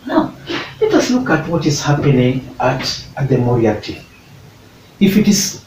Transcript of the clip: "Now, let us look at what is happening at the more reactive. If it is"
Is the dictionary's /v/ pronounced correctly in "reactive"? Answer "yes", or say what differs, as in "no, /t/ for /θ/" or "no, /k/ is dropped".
no, /v/ is dropped